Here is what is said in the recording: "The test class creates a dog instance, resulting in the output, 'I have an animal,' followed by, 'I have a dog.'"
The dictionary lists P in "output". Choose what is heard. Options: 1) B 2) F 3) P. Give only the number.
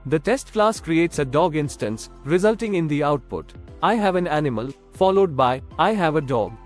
3